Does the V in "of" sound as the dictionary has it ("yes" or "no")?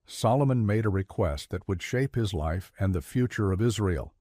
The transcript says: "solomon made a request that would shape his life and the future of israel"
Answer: yes